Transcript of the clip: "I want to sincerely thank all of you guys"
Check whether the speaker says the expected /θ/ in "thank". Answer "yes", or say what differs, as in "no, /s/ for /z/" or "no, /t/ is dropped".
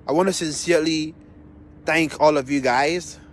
yes